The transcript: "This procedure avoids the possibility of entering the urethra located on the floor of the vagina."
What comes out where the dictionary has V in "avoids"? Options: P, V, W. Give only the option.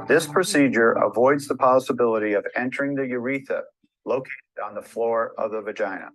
V